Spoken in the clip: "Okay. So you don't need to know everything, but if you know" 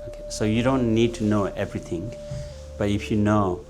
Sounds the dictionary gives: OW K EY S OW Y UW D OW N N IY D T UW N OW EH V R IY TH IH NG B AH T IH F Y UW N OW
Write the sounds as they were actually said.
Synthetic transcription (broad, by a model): OW K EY S OW Y UW D OW N N IY D T UW N OW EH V R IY T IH NG B AH T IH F Y UW N OW